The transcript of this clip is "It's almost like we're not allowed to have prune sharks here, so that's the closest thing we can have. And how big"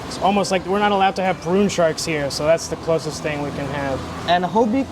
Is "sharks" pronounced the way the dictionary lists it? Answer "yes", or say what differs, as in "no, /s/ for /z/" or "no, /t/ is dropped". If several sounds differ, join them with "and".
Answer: yes